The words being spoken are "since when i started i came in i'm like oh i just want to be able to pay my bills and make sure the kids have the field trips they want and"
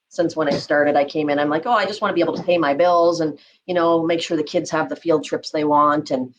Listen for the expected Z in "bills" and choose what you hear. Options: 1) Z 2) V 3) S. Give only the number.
1